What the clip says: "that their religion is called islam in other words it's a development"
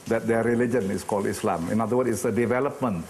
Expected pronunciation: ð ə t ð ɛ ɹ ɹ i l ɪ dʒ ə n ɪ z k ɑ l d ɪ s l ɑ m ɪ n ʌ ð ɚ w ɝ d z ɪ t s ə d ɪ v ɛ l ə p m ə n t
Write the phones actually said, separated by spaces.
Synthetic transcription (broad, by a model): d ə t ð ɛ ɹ ɹ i l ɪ dʒ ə n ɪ s k ɑ l d ɪ s l ɑ m ɪ n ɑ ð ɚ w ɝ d ɪ t s ə d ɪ v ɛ l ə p m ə n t